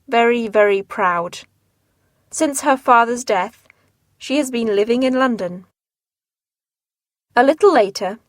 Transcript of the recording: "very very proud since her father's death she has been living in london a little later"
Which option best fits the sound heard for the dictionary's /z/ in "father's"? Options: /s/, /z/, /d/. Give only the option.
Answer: /z/